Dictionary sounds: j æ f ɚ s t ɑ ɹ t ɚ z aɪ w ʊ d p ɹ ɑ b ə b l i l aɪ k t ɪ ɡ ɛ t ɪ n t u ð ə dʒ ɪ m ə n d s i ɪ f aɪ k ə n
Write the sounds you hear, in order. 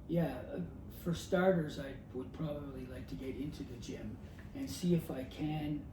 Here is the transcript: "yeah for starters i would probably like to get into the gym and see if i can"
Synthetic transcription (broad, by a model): j æ f ɚ s t ɑ ɹ t ɚ z aɪ w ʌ d p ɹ ɑ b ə b l i l aɪ k t ɪ ɡ ɛ t ɪ n t u ð ə dʒ ɪ m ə n s i ɪ f aɪ k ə n